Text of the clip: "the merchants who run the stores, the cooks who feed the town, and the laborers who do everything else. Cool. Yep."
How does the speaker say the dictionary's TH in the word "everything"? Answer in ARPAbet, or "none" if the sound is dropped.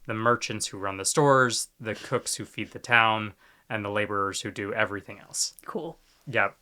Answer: TH